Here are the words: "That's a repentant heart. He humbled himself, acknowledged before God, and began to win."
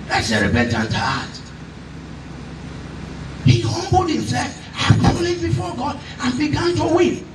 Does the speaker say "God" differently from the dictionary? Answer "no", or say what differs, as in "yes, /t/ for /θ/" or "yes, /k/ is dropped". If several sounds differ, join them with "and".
no